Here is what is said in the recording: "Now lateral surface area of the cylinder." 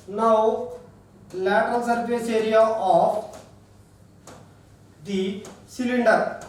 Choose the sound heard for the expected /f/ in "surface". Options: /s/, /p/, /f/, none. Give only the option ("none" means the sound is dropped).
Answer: /p/